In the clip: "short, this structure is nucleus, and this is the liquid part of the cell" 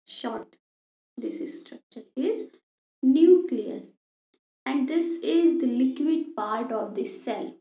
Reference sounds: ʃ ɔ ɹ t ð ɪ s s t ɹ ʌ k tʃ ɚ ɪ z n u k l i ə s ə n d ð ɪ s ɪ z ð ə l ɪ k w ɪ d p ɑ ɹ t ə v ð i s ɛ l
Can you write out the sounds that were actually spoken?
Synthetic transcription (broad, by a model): ʃ ɔ ɹ t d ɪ s s t ɹ ʌ k tʃ ɚ ɪ z n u k l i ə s ə n d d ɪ s ɪ z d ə l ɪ k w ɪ d p ɑ ɹ t ə v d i s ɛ l